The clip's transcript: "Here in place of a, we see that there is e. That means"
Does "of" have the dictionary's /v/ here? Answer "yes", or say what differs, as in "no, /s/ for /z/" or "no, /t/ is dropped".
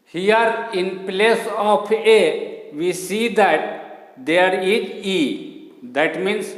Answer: no, /p/ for /v/